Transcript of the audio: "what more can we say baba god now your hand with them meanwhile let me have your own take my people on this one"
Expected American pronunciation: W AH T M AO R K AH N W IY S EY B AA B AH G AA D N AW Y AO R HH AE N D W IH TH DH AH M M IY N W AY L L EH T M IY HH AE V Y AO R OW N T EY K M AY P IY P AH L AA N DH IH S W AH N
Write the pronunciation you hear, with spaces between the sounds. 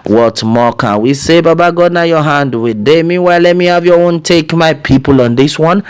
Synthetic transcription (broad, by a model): W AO T M AO K AH N W IY S EY B AA B AH G AA D N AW Y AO HH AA N D W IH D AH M M IY W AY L L EH T M IY HH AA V Y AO OW N T EY K M AY P IY P AH L AA N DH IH S W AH N